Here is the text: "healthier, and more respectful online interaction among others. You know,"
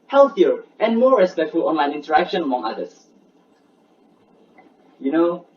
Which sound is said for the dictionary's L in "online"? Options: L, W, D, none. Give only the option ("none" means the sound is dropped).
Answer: L